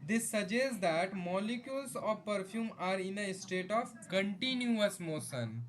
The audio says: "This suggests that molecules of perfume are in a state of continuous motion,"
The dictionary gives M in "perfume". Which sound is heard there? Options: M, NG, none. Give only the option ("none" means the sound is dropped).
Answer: M